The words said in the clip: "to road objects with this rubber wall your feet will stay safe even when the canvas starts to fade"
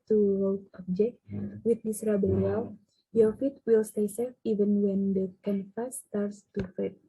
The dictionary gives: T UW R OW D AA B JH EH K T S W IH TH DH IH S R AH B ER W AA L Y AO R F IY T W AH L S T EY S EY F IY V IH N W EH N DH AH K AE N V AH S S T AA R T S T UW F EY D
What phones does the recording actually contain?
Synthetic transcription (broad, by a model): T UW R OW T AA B JH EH K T W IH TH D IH S R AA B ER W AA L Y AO F IY T W AH L S T EY S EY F IY V IH N W EH N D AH K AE N F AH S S T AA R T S T UW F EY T